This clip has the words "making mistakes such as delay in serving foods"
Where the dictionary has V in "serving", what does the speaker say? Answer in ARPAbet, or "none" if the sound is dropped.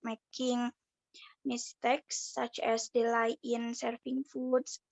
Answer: F